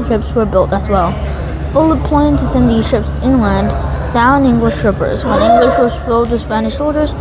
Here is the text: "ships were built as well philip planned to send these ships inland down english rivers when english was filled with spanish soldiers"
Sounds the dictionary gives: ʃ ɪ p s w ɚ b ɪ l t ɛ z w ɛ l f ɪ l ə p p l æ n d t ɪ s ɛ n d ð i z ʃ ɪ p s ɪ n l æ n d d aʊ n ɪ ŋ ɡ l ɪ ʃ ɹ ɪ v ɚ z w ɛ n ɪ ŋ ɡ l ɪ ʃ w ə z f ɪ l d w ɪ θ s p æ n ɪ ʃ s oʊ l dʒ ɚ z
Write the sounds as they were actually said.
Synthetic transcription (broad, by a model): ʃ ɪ p s w ɚ b ɪ l t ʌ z w ɛ l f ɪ l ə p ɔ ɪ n t ɪ s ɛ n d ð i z ʃ ɪ p s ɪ n l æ n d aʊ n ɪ ŋ ɡ l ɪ ʃ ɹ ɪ p ɚ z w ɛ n ɪ ŋ ɡ l ɪ ʃ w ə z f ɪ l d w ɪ s p æ n ɪ ʃ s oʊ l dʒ ɚ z